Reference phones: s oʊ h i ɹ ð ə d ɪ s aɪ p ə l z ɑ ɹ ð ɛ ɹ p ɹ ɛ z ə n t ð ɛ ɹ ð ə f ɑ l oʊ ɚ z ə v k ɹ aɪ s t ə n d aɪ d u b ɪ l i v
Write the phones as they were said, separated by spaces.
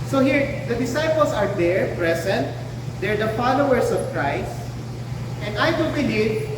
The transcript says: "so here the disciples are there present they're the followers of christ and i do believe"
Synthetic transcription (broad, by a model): s oʊ h i ɹ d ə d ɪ s aɪ p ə l s ɑ ɹ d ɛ ɹ p ɹ ɛ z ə n t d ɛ ɹ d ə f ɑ l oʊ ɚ s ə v k ɹ aɪ s t ə n d aɪ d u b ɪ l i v